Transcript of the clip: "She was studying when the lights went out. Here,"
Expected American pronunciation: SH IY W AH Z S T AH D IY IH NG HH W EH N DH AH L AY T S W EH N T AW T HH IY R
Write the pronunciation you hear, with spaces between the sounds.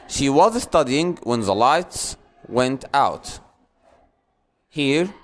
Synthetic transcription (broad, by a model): SH IY W AH Z S T AH D IY IH NG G W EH N DH AH L AY T S W EH N T AW T HH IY R